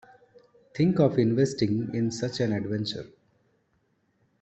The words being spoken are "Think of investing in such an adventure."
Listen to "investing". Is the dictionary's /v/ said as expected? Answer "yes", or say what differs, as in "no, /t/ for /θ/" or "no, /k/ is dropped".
yes